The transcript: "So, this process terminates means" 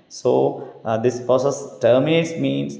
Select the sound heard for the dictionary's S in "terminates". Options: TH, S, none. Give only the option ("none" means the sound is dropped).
S